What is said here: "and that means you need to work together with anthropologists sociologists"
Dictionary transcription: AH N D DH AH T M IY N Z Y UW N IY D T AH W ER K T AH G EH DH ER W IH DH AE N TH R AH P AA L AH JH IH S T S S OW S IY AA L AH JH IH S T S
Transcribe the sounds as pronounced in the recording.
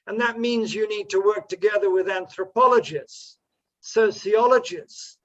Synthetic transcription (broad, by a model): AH N DH AH T M IY N Z Y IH N IY D T AH W ER K T AH G EH DH ER W IH DH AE N TH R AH P AA L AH JH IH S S S OW S IY AA L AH JH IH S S